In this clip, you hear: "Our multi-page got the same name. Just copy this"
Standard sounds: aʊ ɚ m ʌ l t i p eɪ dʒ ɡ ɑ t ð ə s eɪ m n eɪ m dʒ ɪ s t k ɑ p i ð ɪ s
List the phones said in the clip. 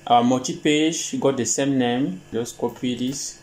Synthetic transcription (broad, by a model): aʊ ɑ m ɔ t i p eɪ dʒ ɡ ɑ t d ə s eɪ m n eɪ m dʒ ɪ s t k ɑ p i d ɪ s